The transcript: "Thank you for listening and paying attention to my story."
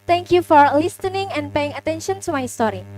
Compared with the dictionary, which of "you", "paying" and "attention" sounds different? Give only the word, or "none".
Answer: none